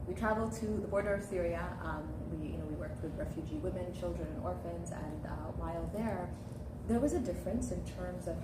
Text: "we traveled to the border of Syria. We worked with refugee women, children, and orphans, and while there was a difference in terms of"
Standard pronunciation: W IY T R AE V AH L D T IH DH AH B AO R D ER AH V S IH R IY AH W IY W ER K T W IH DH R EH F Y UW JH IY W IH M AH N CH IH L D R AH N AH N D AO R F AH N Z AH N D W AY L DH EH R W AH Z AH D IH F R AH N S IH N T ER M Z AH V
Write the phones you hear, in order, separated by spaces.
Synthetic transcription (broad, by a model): W IY T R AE V L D T IH DH AH B AO R D ER AH V TH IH R IY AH W IY W ER K T W IH DH R EH F Y UW JH IY W IH M AH N CH IH L D R AH N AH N AO R F AH N Z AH N W AY L DH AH R W AH Z AH D IH F R AH N S IH N T ER M Z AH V